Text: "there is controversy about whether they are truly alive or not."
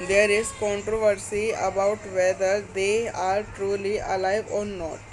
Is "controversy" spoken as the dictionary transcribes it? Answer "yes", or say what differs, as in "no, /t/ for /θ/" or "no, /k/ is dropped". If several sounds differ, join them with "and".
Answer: yes